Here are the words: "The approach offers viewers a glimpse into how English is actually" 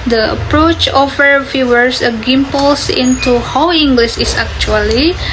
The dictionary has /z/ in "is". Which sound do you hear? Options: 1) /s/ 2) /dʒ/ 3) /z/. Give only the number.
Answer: 1